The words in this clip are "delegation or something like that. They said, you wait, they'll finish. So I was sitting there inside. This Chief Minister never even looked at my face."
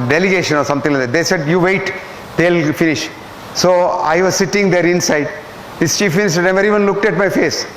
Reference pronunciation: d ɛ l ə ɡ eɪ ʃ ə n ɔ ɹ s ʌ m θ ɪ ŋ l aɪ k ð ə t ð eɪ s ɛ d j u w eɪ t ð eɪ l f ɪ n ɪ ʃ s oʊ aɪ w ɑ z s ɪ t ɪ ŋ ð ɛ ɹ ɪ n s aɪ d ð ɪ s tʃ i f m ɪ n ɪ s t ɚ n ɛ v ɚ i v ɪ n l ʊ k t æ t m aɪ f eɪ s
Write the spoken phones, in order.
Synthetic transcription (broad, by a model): d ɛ l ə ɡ eɪ ʃ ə n ɔ ɹ s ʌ m t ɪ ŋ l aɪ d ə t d eɪ s ɛ d j u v eɪ t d eɪ l f ɪ n ɪ ʃ s oʊ aɪ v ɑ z s ɪ t ɪ ŋ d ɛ ɹ ɪ n s aɪ d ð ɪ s tʃ i f m ɪ n ɪ s t ɚ n ɛ v ɚ i v ɪ n l ʊ k t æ t m aɪ f eɪ s